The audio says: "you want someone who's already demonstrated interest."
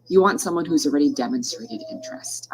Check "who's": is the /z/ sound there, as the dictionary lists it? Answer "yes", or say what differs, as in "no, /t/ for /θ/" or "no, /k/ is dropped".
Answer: yes